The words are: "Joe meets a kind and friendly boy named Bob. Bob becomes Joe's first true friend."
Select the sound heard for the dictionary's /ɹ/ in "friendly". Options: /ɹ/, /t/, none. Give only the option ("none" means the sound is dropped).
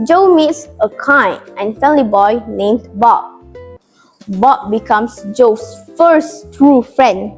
none